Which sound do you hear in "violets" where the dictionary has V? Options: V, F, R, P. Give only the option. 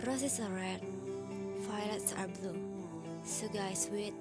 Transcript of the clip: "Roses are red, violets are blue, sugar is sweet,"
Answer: F